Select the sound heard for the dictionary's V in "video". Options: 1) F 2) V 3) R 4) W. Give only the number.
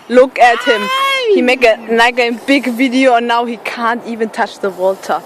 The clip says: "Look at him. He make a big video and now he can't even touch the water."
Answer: 2